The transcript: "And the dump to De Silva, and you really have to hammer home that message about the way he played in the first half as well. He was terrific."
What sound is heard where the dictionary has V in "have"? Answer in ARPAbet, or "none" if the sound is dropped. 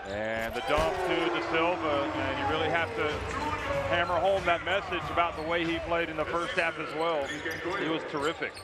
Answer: F